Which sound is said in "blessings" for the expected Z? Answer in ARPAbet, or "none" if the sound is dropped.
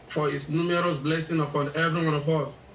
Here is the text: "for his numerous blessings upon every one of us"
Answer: none